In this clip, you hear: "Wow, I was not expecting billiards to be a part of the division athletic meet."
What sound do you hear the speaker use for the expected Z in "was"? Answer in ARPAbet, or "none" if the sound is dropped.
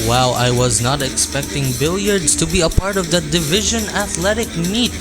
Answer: Z